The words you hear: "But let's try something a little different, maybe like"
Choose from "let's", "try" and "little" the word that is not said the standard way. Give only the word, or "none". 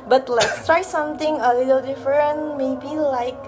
none